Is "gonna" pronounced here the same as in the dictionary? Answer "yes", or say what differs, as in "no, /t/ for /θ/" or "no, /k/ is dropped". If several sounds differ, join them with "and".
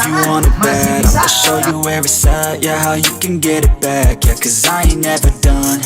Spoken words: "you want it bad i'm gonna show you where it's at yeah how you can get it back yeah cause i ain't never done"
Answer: no, /n/ is dropped